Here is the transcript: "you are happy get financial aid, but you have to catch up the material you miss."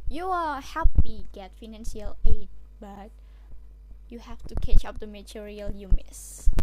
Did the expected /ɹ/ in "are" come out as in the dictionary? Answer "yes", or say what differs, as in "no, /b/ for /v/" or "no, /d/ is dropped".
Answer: no, /l/ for /ɹ/